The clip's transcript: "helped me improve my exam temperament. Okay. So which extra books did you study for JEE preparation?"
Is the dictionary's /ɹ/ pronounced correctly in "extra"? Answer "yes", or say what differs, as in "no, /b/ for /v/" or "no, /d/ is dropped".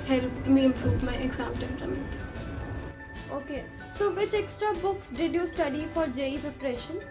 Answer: yes